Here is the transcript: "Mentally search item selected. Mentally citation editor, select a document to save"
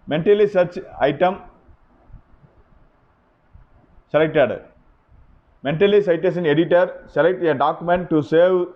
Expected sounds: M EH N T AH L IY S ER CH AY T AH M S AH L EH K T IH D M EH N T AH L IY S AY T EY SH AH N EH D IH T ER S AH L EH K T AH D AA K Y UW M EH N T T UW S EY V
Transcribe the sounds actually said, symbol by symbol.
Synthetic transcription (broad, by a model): M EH N T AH L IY S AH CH AY T AH M S AH L EH K T IH D M EH N T AH L IY S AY T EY S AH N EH D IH T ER S AH L EH K T AH D AA K Y UW M EH N T T UW S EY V